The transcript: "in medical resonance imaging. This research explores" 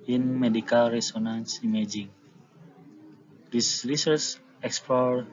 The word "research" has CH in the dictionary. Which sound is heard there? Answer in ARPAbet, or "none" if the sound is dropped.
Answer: S